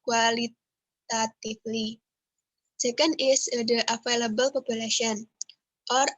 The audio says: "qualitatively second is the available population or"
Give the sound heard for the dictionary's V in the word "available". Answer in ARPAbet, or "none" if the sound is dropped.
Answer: F